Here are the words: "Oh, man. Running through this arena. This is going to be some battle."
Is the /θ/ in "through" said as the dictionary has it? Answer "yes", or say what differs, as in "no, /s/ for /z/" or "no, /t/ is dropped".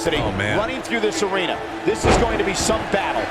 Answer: yes